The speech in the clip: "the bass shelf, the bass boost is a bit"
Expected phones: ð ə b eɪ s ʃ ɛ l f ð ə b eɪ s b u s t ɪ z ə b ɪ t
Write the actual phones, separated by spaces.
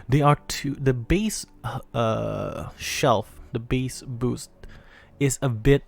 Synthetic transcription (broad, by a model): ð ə b eɪ s ʃ ɛ l f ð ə b eɪ s b u s t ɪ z ə b ɪ t